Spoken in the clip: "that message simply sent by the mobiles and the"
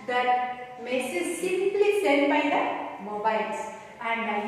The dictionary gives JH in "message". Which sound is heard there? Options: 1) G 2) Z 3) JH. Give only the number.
2